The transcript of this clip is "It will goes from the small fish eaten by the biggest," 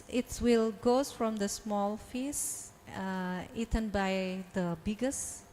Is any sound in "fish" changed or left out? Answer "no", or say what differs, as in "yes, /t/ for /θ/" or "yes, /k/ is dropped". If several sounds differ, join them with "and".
yes, /s/ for /ʃ/